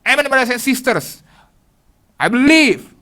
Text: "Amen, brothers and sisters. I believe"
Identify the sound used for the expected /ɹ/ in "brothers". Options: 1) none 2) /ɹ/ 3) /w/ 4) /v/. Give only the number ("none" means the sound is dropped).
1